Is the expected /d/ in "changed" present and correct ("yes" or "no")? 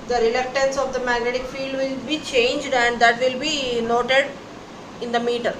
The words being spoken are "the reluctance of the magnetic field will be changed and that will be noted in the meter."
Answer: yes